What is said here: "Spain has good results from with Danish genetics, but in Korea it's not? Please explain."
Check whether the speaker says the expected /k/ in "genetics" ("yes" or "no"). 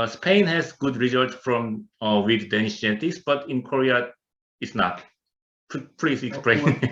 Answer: no